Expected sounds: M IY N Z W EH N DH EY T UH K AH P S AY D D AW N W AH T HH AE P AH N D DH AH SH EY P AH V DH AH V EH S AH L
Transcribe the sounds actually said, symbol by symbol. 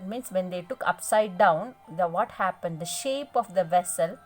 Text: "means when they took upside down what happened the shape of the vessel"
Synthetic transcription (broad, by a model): M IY N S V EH N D EY T UH K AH P S AY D D AW N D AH T HH AE P AH N D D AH SH EY P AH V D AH V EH S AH L